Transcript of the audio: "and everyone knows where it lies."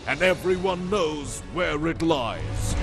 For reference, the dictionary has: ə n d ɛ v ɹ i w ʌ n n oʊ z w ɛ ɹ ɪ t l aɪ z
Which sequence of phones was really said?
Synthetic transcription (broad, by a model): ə n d ɛ v ɹ i w ʌ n n oʊ z w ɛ ɹ ɪ t l aɪ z